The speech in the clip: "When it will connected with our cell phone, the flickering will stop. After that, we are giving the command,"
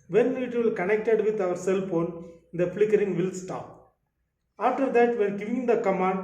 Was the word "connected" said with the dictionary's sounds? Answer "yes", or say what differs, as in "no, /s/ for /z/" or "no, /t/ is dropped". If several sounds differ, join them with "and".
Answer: yes